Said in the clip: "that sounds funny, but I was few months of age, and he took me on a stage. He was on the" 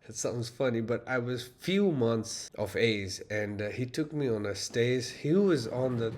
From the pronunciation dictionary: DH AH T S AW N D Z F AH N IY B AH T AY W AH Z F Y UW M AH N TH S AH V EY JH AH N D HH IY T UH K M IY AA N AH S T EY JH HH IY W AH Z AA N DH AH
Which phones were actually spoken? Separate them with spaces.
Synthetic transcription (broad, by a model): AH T S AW N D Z F AH N IY B AH T AY W AH Z F Y UW M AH N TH S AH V EY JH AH N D HH IY T UH K M IY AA N AH S T EY Z HH IY W AH Z AA N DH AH